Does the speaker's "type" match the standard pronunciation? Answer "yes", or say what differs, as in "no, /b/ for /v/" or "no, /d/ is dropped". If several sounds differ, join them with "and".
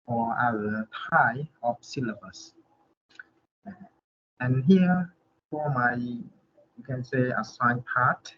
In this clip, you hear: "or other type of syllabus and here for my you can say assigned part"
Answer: no, /p/ is dropped